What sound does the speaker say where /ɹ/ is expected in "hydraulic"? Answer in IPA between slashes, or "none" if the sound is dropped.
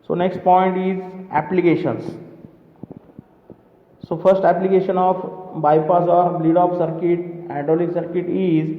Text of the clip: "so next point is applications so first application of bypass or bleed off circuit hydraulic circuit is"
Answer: none